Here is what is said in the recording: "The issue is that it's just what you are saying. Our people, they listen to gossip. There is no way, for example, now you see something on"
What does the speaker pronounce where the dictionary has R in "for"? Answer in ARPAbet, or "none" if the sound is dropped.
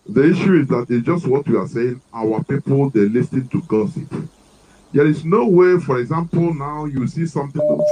R